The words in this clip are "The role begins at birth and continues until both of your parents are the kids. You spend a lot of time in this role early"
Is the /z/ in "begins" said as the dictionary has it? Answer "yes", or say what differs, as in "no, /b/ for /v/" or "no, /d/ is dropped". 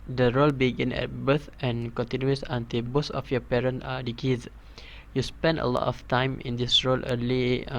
no, /z/ is dropped